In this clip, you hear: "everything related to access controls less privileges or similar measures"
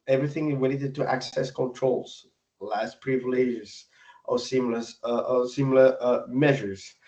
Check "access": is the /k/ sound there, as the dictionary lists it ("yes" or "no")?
yes